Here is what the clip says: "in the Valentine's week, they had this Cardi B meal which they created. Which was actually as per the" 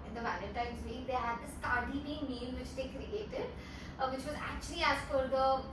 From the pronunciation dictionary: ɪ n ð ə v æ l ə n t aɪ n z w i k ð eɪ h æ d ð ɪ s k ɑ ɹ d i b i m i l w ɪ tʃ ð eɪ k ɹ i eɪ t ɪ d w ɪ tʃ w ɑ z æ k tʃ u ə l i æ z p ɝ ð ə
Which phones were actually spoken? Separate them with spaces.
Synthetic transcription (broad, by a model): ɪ n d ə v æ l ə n t aɪ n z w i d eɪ h æ d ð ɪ s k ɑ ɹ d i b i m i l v ɪ tʃ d eɪ k ɹ i eɪ t ɪ d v ɪ tʃ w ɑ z æ k tʃ u ə l i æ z f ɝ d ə